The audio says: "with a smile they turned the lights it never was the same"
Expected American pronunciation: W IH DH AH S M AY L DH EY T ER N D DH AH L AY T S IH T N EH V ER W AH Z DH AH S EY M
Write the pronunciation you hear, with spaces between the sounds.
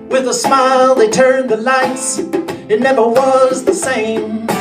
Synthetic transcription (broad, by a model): W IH DH AH S M AY L DH EY T ER N DH AH L AY T S IH T N EH V ER W AH Z DH AH S EY M